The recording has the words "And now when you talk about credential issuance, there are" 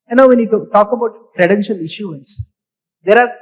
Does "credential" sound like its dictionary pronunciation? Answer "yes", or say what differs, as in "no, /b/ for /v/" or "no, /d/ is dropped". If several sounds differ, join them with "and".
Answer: yes